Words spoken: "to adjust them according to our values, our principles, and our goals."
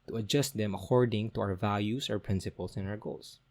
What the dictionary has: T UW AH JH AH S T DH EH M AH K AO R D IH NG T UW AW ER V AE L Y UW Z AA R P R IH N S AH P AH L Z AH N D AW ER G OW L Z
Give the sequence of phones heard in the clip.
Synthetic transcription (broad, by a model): T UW AH JH AH S T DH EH M AH K AO R D IH NG T UW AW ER V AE L Y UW S AA R P R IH N S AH P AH L S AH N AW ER G OW L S